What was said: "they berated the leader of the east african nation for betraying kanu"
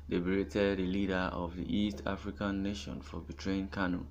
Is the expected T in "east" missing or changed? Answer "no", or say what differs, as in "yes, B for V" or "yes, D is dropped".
no